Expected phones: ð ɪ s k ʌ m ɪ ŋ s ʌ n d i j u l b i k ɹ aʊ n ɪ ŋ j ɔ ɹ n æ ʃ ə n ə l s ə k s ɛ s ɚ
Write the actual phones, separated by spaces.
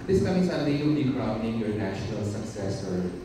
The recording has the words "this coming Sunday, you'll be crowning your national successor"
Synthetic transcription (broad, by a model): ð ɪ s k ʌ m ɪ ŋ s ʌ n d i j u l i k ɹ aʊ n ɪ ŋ j ɔ ɹ n æ ʃ ə n ə l s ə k s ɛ s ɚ